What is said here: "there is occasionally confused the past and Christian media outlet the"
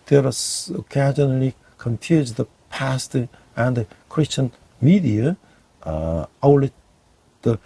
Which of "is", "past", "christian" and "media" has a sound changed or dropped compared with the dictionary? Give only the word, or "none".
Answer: is